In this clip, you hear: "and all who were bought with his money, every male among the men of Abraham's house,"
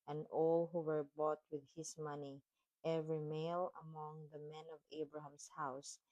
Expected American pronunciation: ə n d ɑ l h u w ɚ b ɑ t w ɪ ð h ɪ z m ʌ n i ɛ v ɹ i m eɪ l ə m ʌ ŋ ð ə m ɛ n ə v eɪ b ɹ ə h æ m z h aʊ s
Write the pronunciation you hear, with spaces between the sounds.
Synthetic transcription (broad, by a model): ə n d ɑ l h u w ɚ b ɑ t w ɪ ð h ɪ s m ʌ n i ɛ v ɹ i m eɪ l ə m ʌ ŋ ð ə m ɛ n ə v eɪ b ɹ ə h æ m s h aʊ s